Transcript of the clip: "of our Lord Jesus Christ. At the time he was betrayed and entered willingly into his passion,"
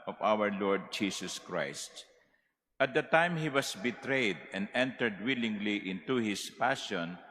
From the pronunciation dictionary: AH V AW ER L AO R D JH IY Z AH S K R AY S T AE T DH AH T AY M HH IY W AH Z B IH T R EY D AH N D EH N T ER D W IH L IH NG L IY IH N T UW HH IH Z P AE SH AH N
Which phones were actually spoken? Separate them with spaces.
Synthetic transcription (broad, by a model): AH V AW ER L AO R D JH IY S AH S K R AY S T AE T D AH T AY M HH IY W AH S B IH T R EY D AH N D EH N T ER D W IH L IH NG L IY IH N T UW HH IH S P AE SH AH N